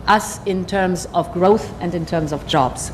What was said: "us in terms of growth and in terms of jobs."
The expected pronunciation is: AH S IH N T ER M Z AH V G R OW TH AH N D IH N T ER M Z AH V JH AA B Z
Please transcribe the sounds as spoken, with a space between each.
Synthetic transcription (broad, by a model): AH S IH N T ER M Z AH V G R OW TH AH N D IH N T ER M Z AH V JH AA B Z